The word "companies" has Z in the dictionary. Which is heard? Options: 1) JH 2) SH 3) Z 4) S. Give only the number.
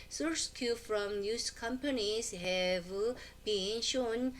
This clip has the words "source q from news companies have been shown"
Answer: 4